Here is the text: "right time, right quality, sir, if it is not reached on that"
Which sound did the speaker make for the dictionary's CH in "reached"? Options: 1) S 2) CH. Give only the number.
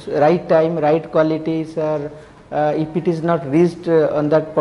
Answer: 1